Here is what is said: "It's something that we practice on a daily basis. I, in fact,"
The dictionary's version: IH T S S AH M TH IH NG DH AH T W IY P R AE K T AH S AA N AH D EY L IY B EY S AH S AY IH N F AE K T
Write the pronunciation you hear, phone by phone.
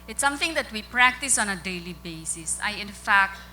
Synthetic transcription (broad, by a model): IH T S S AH M T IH NG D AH T W IY P R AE K T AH S AA N AH D EY L IY B EY S AH S AY IH N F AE K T